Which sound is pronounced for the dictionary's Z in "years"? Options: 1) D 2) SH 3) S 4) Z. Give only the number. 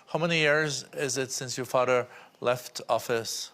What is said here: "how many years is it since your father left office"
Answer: 4